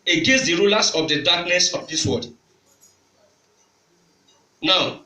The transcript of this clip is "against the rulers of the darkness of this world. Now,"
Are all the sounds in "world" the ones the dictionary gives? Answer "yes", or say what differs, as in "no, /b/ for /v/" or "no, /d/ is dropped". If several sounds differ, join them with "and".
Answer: no, /l/ is dropped